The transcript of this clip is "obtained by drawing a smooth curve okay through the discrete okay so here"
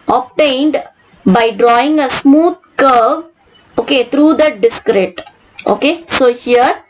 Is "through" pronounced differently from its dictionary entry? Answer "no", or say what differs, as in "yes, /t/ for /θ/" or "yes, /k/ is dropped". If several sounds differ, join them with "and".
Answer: yes, /t/ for /θ/